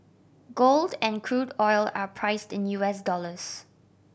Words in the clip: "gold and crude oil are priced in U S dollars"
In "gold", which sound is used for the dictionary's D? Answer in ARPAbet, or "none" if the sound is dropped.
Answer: D